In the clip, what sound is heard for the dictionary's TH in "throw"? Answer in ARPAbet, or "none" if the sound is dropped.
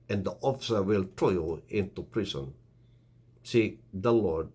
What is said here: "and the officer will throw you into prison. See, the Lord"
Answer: T